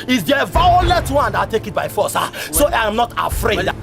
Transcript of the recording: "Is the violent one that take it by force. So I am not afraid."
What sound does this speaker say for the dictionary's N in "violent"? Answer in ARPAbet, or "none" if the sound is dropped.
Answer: none